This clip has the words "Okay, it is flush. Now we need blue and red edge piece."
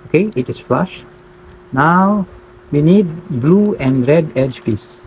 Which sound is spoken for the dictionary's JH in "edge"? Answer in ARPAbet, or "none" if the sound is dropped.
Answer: JH